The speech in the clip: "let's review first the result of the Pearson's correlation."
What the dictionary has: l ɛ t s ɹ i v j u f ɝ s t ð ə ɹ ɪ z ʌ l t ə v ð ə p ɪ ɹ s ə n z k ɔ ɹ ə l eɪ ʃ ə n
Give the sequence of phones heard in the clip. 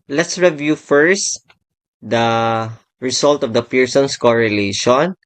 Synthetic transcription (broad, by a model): l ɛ t s ɹ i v j u f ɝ s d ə ɹ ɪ s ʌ l t ə v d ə p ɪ ɹ s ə n s k ɔ ɹ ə l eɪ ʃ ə n